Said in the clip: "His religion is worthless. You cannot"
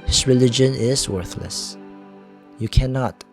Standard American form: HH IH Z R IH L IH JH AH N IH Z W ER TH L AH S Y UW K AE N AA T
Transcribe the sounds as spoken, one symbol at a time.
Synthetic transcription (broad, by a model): HH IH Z R IH L IH JH AH N IH Z W ER TH L AH S Y UW K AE N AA T